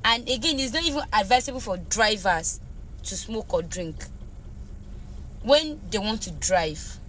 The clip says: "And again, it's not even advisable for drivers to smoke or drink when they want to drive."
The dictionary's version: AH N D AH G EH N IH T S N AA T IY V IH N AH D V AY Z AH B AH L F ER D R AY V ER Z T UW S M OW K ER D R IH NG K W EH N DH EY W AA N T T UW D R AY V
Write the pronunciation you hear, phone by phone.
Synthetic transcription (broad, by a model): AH N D AH G EH N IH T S N AA T IY V IH N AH D V AY S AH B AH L F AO D R AY V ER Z T UW S M OW K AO D R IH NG K W EH N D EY W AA N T T UW D R AY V